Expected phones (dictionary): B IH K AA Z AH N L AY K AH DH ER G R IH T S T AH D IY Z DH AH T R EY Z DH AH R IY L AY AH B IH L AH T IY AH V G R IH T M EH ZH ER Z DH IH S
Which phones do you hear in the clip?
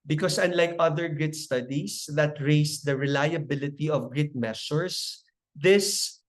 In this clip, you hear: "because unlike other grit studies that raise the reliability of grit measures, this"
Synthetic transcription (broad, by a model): B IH K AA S AH N L AY K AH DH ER G R IH T S T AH D IY S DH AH T R EY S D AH R IY L AY AH B IH L AH T IY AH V G R IH T M EH S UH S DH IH S